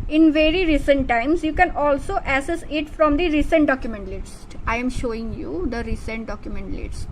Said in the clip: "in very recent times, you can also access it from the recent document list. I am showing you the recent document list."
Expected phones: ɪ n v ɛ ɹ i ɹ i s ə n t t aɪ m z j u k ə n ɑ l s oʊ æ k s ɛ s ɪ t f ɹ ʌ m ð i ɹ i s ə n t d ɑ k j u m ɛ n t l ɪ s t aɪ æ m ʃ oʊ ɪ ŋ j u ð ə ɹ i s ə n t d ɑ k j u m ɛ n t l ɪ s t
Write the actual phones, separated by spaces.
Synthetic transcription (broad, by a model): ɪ n v ɛ ɹ i ɹ i s ə n t t aɪ m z j u k ə n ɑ l s oʊ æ s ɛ s ɪ t f ɹ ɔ m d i ɹ i s ə n t d ɑ k j u m ɛ n t l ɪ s t aɪ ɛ m ʃ oʊ ɪ ŋ j u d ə ɹ i s ə n t d ɑ k j u m ɛ n t l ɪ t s